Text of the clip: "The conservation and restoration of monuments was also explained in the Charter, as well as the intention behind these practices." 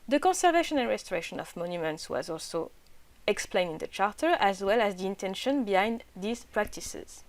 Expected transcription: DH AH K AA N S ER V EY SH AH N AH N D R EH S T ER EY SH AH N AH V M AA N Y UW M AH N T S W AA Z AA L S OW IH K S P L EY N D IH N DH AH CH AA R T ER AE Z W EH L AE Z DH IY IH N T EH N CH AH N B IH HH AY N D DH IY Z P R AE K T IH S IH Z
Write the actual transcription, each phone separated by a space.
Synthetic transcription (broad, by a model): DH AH K AA N S ER V EY SH AH N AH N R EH S T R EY SH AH N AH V M AA N Y UW M AH N T S W AA Z AA L S OW IH K S P L EY N D IH N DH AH CH AA R T ER AE Z W EH L AE Z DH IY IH N T EH N SH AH N B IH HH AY N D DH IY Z P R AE K T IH S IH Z